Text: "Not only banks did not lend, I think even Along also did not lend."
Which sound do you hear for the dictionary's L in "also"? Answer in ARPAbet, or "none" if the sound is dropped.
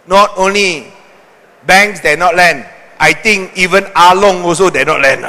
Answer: none